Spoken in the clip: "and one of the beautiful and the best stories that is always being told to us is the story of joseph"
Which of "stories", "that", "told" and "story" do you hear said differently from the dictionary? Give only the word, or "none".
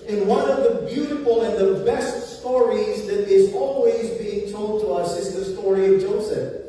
none